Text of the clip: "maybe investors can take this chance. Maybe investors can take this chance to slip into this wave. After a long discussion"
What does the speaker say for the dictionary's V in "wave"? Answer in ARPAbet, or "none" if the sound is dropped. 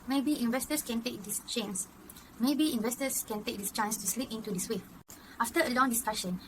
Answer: none